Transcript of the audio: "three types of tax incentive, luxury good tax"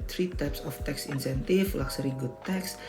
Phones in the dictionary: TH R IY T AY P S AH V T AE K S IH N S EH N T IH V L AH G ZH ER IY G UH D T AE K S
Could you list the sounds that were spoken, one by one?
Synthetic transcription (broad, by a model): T R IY T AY P S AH F T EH K S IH N S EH N T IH F L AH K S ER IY G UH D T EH K S